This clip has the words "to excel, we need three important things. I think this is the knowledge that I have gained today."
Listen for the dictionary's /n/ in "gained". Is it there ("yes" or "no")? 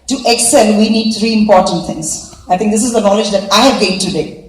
no